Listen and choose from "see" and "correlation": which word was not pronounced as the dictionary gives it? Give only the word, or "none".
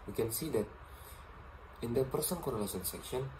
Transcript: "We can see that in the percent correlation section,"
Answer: correlation